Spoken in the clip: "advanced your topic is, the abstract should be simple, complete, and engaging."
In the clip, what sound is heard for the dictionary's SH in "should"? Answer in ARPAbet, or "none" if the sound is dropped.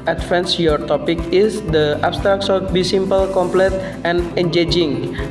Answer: S